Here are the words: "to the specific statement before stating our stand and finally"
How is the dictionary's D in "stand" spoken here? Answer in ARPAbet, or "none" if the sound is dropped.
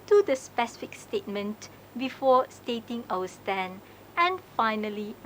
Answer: none